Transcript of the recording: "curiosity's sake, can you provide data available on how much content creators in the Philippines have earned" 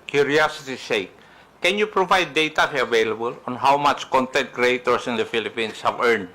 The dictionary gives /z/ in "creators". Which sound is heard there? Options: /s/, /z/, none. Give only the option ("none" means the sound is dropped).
/s/